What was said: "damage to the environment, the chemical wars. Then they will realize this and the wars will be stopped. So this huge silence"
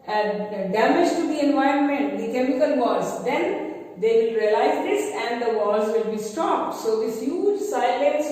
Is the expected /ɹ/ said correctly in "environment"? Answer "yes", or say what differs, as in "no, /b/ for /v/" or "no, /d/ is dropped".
yes